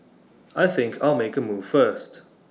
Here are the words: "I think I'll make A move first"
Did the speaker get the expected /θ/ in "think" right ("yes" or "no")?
yes